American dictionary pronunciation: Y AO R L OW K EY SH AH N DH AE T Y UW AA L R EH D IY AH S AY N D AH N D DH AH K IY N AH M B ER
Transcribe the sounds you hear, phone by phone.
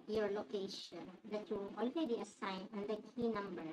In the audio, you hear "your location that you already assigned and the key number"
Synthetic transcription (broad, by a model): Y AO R L OW K EY SH AH N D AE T Y UW AA L R EH D IY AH S AY N AH N D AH K IY N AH M B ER